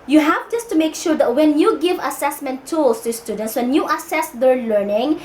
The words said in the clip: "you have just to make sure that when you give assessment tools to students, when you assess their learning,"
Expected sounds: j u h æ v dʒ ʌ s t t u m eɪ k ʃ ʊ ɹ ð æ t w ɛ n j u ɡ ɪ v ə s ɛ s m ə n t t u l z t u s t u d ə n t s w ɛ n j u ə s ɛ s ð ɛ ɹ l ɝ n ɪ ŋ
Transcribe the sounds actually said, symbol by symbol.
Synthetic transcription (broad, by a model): j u h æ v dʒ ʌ s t t u m eɪ k ʃ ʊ ɹ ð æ t w ɛ n j u ɡ ɪ v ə s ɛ s m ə n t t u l s t u s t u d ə n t s w ɛ n j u ə s ɛ s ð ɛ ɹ l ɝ n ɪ ŋ